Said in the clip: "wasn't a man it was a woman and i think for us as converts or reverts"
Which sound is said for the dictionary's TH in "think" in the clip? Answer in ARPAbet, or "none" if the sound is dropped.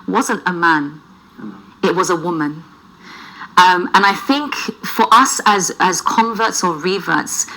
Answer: TH